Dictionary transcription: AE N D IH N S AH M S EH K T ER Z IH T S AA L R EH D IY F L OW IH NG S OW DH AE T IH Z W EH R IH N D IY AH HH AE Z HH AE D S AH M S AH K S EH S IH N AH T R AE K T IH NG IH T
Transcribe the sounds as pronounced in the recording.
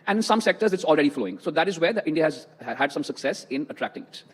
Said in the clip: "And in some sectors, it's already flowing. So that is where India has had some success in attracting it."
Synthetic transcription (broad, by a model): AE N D IH N S AH M S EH K T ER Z IH T S AA L R EH D IY F L OW IH NG S OW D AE T IH Z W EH R IH N D IY AH HH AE Z HH AE D S AH M S AH K S EH S IH N AH T R AE K T IH NG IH T